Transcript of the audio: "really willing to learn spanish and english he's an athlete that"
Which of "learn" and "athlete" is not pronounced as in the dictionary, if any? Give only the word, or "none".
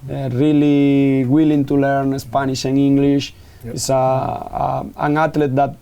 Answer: athlete